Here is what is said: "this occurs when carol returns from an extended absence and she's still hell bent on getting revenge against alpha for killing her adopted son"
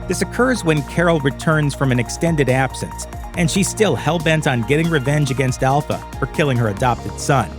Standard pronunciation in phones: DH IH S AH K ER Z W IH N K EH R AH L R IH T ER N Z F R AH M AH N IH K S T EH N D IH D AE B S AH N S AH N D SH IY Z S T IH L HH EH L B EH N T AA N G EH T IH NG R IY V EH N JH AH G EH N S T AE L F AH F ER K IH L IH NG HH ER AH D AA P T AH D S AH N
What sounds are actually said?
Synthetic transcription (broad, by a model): DH IH S AH K ER Z W IH N K EH R L R IH T ER N Z F R AH M AH N IH K S T EH N D IH D AE B S AH N S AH N SH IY S T IH L HH EH L B EH N T N G EH T IH NG R IY V EH N JH AH G EH N S T AE L F AH F ER K IH L IH NG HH ER AH D AA P T AH D S AH N